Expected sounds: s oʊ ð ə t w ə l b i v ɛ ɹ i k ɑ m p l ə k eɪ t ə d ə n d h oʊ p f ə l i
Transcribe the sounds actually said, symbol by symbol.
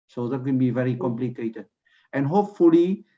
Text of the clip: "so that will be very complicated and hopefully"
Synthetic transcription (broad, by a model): s oʊ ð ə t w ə n b i v ɛ ɹ i k ɑ m p l ə k eɪ t ə d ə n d h oʊ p f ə l i